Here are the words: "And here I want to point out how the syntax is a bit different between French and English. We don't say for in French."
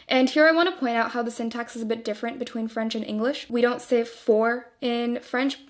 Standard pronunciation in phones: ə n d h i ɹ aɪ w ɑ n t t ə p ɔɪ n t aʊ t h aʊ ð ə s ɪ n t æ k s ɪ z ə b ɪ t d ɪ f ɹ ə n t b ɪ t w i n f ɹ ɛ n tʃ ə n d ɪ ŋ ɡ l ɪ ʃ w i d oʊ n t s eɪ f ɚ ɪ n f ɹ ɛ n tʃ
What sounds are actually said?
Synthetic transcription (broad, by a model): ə n h i ɹ aɪ w ɑ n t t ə p ɔɪ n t aʊ t h aʊ ð ə s ɪ n t æ k s ɪ z ə b ɪ t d ɪ f ɹ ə n b ɪ t w i n f ɹ ɛ n tʃ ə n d ɪ ŋ ɡ l ɪ ʃ w i d oʊ n t s eɪ f ɚ ɪ n f ɹ ɛ n tʃ